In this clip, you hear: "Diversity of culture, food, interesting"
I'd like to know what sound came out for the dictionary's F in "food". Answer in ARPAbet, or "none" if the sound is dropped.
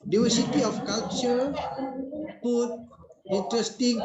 P